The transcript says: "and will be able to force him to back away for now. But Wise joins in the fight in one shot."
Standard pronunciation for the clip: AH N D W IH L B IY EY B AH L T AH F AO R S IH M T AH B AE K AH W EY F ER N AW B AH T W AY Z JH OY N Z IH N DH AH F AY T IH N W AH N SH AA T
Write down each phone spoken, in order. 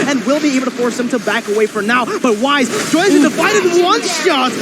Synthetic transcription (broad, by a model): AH N W IH L B IY EY AH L T AH F AO R S IH M T AH B AE K AH W EY F ER N AW B AH T W AY Z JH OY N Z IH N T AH F AY T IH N W AH N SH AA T